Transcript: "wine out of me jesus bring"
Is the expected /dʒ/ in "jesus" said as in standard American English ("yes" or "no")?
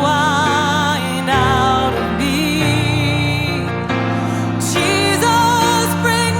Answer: no